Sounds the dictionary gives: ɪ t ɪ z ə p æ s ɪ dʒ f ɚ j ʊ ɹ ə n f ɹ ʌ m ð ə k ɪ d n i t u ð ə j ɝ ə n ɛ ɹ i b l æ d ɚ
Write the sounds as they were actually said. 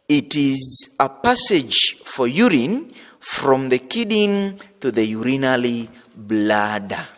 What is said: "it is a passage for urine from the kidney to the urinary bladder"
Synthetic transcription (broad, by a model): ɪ t ɪ z ə p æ s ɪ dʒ f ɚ j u ɹ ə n f ɹ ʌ m ð ə k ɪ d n t u ð ə j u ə n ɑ l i b l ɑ d